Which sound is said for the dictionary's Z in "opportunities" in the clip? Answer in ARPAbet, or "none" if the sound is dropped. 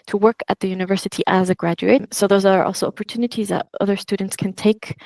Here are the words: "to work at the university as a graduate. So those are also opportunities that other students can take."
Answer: Z